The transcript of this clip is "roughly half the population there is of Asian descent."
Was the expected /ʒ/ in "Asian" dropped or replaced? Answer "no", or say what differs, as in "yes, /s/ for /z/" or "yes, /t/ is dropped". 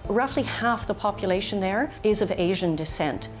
no